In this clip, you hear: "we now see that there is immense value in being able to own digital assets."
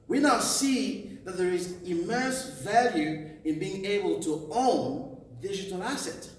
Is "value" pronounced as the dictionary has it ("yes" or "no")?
yes